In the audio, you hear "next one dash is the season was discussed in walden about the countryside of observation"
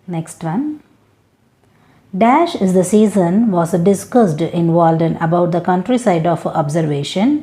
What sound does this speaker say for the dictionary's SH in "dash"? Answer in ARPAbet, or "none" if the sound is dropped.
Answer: SH